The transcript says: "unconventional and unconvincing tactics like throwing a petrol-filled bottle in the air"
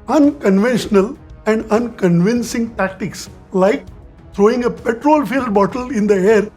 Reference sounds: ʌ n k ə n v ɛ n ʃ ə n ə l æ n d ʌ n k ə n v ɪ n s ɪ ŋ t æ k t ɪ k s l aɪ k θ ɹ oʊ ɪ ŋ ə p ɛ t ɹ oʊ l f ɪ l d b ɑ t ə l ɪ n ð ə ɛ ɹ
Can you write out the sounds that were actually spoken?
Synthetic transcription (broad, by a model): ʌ n k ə n v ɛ n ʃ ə n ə l æ n d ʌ n k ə n v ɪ n s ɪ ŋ t æ k t ɪ k s l aɪ k t ɹ oʊ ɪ ŋ ə p ɛ t ɹ oʊ l f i l d b ɑ t ə l ɪ n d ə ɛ ɹ